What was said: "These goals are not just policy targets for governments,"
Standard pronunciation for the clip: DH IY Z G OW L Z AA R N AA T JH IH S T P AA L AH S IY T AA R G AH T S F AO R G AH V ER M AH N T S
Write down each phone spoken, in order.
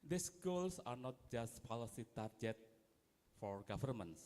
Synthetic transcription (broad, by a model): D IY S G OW L S AA R N AA T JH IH S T P AA L AH S IY T AA R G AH T F AO R G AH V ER M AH N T S